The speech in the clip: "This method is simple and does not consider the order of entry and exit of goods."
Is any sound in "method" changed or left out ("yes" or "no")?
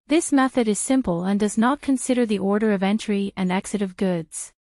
no